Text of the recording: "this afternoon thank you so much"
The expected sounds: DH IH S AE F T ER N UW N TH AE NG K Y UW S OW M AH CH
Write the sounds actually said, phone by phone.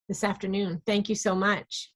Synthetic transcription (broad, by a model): DH IH S AE F T ER N UW N TH AE NG K Y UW S OW M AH CH